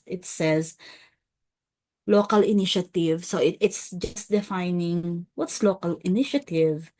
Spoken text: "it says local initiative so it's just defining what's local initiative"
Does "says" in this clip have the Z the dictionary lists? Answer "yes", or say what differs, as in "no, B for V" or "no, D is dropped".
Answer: yes